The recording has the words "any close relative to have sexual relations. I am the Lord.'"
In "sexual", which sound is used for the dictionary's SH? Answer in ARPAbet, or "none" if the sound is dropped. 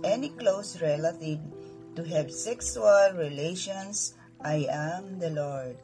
S